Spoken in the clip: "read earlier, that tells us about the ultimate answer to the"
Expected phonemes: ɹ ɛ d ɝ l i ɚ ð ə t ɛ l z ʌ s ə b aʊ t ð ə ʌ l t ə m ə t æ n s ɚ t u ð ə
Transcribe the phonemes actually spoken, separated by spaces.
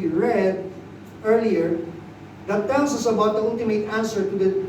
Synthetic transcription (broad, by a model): ɹ ɛ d ɝ l i ɚ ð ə t ɛ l s ʌ s ə b aʊ t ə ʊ n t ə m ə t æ n s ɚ t u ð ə